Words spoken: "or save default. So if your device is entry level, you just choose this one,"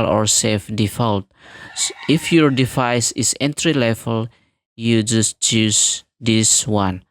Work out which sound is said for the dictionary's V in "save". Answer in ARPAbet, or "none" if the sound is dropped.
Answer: F